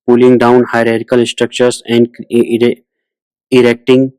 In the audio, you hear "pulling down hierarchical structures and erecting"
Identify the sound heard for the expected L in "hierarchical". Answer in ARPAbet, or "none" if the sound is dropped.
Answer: N